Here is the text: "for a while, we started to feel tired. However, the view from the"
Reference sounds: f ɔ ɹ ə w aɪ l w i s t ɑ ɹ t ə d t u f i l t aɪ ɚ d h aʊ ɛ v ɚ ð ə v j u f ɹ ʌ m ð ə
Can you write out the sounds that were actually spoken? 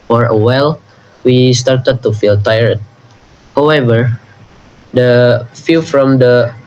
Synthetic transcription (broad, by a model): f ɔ ɹ ə w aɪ l w i s t ɑ ɹ t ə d t u f i l t aɪ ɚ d h aʊ ɛ v ɚ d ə f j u f ɹ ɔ m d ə